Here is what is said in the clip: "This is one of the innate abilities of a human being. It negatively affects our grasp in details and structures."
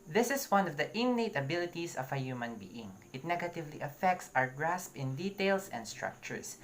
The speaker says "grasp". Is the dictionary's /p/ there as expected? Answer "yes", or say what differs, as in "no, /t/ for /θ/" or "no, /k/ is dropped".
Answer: yes